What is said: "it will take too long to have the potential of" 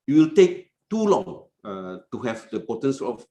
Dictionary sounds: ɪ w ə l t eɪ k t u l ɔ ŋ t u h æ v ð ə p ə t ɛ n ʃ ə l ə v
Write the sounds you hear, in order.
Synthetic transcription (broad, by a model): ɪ w ə l t eɪ k t u l ɔ ŋ t u h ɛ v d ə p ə t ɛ n s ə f